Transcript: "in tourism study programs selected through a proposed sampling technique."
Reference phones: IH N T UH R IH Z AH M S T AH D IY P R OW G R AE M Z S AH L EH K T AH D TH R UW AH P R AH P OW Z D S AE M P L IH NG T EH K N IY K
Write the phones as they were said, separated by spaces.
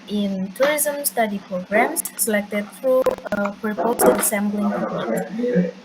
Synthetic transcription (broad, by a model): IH N T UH R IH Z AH M S T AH D IY P R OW G R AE M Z S AH L EH K T AH D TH R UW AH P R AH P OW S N S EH M B L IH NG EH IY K